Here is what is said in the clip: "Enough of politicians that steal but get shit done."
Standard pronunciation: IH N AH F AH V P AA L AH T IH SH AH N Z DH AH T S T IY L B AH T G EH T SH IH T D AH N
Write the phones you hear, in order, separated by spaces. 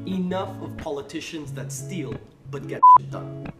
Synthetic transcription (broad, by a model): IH N AH F AH V P AA L AH T IH SH AH N Z DH AH T S T IY L B AH T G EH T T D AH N